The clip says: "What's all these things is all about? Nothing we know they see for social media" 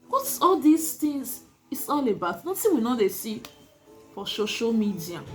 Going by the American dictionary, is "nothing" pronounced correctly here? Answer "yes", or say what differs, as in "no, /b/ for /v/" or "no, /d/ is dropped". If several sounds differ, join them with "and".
no, /s/ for /θ/